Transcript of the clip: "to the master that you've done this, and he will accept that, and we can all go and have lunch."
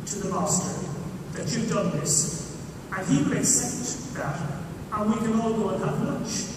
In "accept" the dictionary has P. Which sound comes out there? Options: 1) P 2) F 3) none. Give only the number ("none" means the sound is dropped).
3